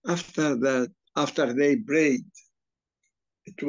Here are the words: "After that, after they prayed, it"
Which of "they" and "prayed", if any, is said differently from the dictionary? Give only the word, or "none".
prayed